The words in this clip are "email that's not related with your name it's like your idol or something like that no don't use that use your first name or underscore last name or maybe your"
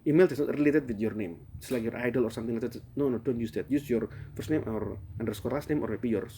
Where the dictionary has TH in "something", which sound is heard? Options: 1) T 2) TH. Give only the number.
1